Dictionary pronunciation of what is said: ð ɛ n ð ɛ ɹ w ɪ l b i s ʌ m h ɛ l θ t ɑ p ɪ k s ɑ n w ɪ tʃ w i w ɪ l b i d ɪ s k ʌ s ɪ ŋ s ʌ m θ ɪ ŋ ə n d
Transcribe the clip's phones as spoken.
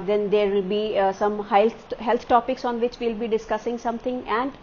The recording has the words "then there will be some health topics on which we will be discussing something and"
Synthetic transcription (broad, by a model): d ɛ n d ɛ ɹ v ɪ l b i s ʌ m h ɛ l t t ɑ p ɪ k s ɑ n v ɪ tʃ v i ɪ l b i d ɪ s k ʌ s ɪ ŋ s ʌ m t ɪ ŋ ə n d